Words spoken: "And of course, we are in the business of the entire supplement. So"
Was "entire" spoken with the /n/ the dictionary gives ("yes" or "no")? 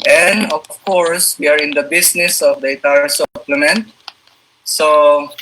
no